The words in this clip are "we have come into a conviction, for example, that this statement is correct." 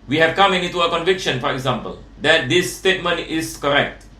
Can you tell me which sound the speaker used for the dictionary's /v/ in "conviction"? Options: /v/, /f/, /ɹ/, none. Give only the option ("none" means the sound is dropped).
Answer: /v/